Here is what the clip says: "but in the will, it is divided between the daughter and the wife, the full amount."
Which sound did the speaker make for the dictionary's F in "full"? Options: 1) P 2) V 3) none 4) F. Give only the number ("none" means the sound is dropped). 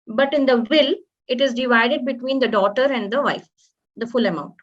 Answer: 4